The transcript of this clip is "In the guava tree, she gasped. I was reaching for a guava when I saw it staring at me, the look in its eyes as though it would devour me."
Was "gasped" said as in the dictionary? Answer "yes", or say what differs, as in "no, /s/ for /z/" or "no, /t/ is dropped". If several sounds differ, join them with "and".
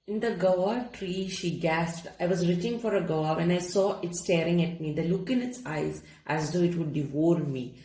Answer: yes